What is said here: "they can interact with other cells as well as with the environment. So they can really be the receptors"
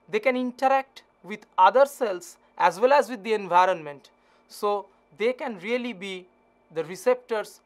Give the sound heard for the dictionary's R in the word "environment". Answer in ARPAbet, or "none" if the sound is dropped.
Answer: R